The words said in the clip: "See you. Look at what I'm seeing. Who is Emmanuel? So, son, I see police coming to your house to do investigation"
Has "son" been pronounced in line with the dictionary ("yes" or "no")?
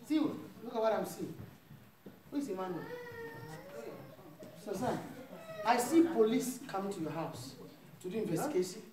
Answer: no